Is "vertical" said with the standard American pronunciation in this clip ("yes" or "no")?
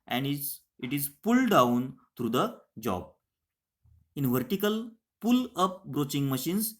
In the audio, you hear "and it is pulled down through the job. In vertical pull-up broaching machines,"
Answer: yes